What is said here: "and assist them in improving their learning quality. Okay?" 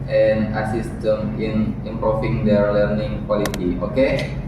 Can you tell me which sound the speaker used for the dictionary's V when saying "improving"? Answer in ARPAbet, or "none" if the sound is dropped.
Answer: F